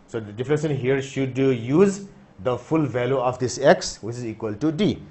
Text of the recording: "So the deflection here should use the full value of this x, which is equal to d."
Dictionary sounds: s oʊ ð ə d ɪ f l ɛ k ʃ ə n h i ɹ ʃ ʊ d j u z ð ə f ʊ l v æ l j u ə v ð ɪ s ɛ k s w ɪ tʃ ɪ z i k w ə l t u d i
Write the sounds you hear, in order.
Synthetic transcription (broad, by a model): s oʊ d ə d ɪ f n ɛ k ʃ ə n h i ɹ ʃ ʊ d j u z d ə f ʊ l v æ l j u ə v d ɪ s ɛ k s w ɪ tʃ ɪ z i k w ə l t u d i